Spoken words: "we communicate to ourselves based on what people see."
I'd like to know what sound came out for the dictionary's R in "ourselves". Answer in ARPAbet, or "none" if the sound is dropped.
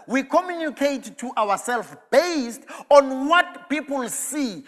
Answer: W